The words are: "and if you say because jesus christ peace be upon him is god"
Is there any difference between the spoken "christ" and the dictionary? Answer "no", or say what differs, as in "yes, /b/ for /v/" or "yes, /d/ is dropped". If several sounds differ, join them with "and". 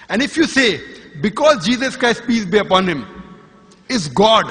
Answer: no